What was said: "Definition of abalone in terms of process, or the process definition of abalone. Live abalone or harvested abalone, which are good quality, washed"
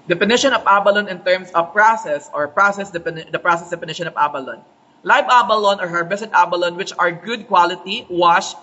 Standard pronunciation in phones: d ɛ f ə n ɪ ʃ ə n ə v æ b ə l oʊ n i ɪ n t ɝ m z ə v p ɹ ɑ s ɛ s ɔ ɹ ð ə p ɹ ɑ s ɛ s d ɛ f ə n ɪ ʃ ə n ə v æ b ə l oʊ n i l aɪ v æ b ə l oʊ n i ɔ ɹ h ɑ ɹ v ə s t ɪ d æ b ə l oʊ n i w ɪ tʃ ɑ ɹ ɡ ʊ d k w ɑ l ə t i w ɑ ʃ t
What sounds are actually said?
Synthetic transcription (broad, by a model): d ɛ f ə n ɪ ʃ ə n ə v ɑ b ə l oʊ n ɪ n t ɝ m s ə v p ɹ ɑ s ɛ s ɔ ɹ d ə p ɹ ɑ s ɛ s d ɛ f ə n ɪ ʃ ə n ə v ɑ b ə l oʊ n l aɪ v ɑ b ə l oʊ n ɔ ɹ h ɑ ɹ b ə s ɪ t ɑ b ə l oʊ n w ɪ tʃ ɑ ɹ ɡ ʊ d k w ɑ l ə t i w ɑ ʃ